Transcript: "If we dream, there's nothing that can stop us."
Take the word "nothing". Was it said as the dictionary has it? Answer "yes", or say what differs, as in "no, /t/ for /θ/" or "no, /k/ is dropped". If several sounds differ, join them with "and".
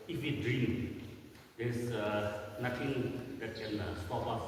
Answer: no, /t/ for /θ/